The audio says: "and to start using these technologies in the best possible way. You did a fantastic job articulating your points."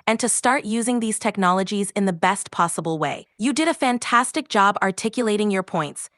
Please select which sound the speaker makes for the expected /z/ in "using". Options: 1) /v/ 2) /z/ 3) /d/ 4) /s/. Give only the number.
2